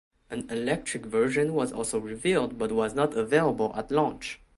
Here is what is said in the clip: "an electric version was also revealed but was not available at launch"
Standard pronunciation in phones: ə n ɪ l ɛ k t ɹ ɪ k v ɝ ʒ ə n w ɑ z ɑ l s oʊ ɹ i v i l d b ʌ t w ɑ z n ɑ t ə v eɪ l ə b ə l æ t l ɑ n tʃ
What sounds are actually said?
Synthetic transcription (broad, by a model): ə n ɪ l ɛ k t ɹ ɪ k v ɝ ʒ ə n w ɑ z ɑ l s oʊ ɹ i v i l d b ʌ t w ɑ z n ɑ t ə v eɪ l ə b ə l æ t l ɑ n tʃ